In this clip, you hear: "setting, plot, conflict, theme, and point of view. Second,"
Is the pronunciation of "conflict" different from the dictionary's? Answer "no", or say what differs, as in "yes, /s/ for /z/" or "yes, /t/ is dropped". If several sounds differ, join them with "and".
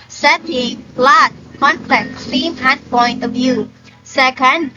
yes, /p/ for /f/